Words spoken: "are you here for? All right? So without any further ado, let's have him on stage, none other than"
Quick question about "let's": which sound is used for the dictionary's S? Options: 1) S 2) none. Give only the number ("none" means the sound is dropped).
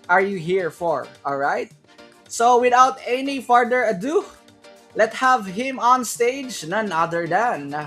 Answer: 2